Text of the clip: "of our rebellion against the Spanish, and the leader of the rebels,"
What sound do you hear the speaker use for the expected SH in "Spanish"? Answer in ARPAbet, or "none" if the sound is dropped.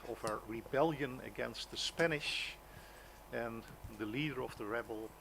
SH